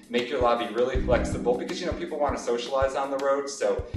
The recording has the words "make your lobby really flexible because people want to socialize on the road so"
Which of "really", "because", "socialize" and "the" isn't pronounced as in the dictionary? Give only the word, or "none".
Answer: none